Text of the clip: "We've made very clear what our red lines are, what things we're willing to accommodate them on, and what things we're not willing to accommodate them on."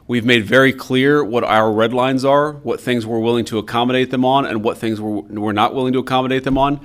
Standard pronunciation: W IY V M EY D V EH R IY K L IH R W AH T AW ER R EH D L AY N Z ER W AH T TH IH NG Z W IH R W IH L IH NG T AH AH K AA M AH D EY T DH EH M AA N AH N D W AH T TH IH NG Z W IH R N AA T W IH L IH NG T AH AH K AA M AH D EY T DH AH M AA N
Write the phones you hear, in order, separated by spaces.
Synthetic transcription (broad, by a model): W IY V M EY D V EH R IY K L IH R W AH T AW ER R EH D L AY N Z ER W AH T TH IH NG Z W IH R W IH L IH NG T AH AH K AA M AH D EY T DH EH M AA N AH N W AH T TH IH NG Z W IH R N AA T W IH L IH NG T AH AH K AA M AH D EY T DH AH M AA N